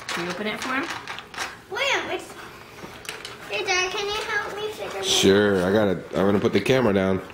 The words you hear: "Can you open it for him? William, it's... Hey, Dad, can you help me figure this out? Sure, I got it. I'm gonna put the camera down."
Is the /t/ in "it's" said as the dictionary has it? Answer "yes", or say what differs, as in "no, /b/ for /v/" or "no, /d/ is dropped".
no, /s/ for /t/